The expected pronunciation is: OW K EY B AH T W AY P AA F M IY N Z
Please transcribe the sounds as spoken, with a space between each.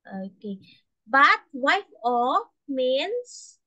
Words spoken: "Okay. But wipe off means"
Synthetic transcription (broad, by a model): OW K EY B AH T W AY F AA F M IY N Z